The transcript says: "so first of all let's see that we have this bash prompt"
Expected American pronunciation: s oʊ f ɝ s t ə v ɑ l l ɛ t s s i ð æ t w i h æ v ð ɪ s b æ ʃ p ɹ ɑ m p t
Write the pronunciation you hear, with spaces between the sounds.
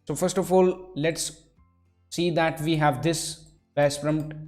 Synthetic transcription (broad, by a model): s oʊ f ɝ s t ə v ɑ l l ɛ t s s i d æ t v i h æ v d ɪ s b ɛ s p ɹ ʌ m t